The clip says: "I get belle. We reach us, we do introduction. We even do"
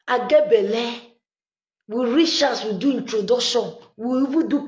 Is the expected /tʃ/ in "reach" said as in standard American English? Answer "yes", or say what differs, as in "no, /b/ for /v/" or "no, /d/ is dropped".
no, /ʃ/ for /tʃ/